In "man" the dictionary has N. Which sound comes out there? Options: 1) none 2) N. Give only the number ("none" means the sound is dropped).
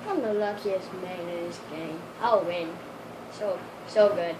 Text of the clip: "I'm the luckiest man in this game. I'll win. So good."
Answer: 1